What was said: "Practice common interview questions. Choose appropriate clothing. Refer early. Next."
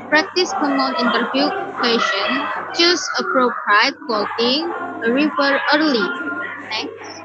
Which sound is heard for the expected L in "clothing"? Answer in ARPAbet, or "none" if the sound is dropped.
none